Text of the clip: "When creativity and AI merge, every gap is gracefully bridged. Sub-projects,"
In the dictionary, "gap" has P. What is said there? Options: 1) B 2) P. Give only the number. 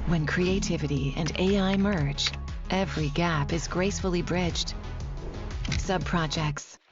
2